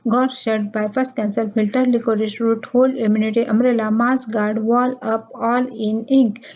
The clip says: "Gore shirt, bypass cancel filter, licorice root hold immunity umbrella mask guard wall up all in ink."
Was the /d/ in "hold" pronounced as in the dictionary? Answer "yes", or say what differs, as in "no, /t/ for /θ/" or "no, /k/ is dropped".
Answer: no, /d/ is dropped